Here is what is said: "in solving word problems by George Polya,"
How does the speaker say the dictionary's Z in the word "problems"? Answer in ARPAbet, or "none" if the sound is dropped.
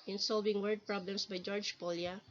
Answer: S